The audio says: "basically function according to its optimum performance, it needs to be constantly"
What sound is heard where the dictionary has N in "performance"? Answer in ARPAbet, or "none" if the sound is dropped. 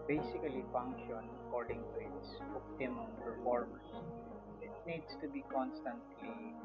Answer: none